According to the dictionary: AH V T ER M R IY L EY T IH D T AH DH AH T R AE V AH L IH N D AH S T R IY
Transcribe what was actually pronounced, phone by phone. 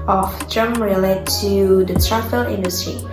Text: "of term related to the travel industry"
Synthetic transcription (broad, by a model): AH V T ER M R IY L EY T IH D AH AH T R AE F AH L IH N D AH S T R IY